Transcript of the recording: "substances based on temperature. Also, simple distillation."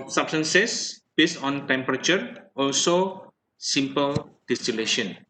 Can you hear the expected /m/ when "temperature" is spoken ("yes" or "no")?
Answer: yes